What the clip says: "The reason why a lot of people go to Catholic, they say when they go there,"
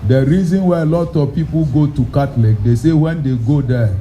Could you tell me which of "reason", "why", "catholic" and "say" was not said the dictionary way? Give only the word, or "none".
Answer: catholic